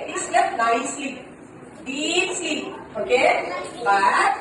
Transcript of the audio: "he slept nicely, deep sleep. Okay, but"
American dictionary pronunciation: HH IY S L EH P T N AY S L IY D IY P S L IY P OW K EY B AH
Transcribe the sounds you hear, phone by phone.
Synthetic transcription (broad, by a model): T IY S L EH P N AY S L IY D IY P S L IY OW K EY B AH